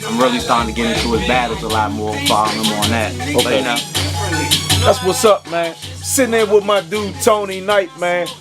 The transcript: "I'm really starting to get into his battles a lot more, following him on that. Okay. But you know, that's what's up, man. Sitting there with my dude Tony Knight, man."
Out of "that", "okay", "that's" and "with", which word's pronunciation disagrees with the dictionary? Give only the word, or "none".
okay